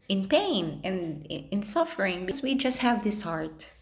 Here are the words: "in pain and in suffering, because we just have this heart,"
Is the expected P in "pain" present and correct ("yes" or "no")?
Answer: yes